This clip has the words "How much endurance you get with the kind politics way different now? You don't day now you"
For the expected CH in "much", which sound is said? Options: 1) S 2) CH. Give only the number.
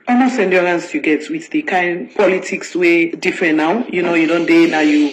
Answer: 1